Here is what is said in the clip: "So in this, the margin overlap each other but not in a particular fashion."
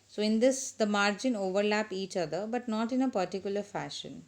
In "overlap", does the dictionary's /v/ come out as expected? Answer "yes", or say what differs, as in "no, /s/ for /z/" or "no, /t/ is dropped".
yes